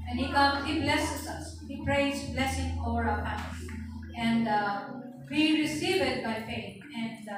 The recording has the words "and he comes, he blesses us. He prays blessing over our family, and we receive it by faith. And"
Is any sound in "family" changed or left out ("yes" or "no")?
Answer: yes